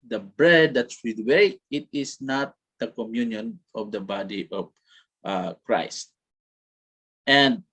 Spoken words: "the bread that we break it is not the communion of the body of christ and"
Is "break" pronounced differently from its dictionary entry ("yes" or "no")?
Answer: yes